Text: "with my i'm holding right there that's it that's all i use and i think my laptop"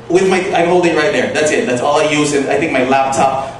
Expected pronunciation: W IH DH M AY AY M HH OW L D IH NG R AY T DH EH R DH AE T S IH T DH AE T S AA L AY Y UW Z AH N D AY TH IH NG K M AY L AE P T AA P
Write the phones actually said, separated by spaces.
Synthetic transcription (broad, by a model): W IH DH M AY AY M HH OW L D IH R AY T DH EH R DH AE T S IH T DH AE T S AA L AY Y UW Z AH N AY TH IH NG K M AY L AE P T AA P